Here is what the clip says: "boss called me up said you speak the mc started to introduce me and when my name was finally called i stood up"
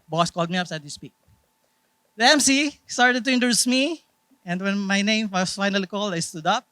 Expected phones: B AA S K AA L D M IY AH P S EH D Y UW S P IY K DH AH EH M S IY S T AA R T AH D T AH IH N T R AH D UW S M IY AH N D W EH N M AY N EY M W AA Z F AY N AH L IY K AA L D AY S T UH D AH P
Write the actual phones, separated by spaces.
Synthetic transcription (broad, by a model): B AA S K AA L D M IY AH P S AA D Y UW S P IY K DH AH EH M S IY S T AA R T AH D T AH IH N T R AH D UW S M IY AH N D W EH N M AY N EY M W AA S F AY N AH L IY K AA L D AY S T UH D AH P